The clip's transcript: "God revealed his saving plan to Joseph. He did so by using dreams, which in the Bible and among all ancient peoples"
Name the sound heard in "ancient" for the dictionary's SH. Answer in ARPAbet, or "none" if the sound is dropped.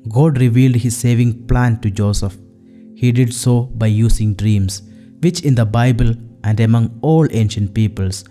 SH